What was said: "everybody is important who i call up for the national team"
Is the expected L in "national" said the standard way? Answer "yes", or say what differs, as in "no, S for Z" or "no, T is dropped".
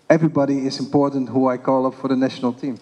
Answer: yes